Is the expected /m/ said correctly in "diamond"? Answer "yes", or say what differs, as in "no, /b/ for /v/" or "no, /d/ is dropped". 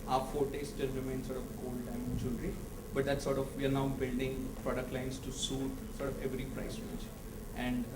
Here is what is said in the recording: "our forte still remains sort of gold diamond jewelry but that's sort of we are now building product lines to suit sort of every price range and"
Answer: no, /m/ is dropped